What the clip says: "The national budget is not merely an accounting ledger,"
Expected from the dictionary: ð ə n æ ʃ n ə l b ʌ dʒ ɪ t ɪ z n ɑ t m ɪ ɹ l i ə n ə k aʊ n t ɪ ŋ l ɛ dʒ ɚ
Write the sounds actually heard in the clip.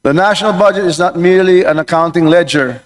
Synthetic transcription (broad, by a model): ð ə n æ ʃ n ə l b ʌ dʒ ɪ t ɪ z n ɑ t m ɪ ɹ l i ə n ə k aʊ n t ɪ ŋ l ɛ dʒ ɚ